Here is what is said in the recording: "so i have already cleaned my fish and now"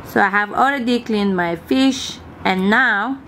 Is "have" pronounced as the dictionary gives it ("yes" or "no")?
yes